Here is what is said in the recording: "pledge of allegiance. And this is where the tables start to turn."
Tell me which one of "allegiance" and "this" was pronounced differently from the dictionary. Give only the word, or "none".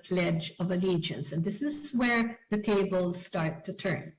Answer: none